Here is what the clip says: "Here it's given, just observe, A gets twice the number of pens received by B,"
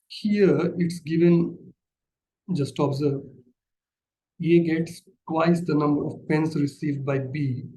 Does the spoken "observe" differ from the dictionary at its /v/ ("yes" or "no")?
yes